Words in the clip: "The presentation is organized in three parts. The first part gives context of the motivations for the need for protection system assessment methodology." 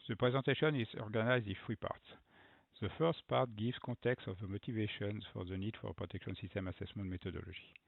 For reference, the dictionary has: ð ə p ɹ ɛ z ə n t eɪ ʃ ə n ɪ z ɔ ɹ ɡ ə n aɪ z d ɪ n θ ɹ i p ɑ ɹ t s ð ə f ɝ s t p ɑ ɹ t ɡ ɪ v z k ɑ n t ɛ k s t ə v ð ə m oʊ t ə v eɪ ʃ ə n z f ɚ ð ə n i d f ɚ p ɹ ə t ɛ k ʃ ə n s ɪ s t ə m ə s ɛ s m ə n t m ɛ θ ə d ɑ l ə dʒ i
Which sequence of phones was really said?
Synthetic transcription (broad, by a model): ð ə p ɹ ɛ z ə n t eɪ ʃ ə n ɪ z ɔ ɹ ɡ ə n aɪ z d ɪ n f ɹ i p ɑ ɹ t s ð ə f ɝ s t p ɑ ɹ t ɡ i v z k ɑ t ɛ k s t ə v ð ə m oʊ t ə v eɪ ʃ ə n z f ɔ ð ə n i d f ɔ p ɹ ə t ɛ k ʃ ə n s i s t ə m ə s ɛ s m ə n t m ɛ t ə d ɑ l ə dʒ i